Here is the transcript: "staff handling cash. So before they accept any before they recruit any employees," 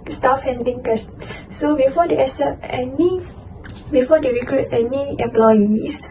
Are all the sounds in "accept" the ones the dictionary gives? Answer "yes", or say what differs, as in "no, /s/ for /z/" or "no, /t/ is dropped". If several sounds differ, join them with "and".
no, /k/ is dropped